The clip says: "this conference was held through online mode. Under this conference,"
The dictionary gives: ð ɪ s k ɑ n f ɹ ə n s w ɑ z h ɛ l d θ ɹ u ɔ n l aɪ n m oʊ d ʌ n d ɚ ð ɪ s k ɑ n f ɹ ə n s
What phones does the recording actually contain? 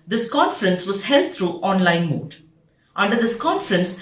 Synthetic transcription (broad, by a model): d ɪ s k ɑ n f ɹ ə n s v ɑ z h ɛ l d t ɹ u ɔ n l aɪ n m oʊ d ʌ n d ɚ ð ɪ s k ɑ n f ɹ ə n s